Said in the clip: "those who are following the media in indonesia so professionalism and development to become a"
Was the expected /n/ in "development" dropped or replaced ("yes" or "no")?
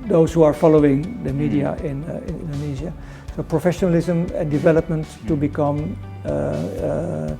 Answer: no